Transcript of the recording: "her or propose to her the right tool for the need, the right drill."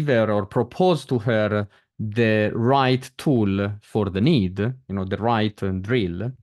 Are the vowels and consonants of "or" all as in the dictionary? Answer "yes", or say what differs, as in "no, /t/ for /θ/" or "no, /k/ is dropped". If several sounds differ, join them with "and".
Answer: yes